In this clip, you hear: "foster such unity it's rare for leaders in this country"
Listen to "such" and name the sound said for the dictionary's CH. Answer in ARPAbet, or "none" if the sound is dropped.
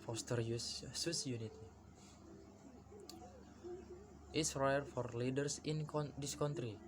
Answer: S